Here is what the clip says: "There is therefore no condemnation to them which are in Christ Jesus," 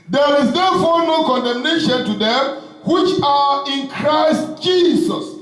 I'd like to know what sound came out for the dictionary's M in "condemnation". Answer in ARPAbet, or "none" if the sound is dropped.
M